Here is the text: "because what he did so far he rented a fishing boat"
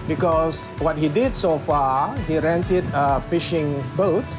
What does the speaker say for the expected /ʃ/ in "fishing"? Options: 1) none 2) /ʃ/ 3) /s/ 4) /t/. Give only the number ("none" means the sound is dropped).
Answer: 2